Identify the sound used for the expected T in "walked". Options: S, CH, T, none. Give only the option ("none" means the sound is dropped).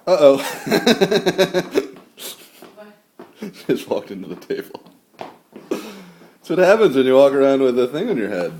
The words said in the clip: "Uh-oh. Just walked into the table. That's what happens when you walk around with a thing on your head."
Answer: T